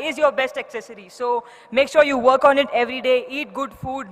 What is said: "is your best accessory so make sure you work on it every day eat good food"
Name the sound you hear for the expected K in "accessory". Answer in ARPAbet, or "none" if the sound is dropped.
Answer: K